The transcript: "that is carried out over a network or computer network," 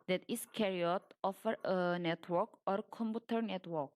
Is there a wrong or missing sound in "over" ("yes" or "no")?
yes